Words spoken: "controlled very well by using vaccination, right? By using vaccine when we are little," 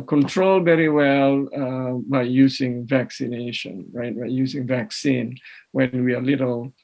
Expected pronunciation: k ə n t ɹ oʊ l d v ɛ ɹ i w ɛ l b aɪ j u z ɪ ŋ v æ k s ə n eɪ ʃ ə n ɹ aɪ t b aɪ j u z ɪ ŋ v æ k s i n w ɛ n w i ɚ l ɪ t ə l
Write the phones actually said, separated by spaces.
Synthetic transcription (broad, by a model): k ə n t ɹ oʊ l v ɛ ɹ i w ɛ l b aɪ j u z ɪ ŋ v æ k s ə n eɪ ʃ ə n ɹ aɪ t b aɪ j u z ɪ ŋ v æ k s i n w ɛ n w i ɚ l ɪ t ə l